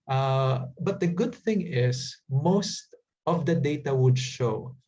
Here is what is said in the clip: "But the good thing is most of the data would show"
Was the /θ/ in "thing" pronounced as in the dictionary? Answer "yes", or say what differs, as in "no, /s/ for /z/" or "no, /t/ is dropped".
yes